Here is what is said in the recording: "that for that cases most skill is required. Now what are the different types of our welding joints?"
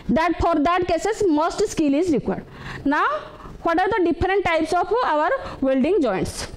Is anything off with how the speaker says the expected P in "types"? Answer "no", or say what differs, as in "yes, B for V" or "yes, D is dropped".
no